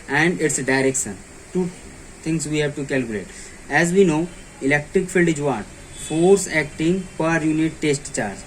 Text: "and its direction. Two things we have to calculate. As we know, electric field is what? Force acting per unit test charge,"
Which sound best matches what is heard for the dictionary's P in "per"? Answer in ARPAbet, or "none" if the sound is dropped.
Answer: P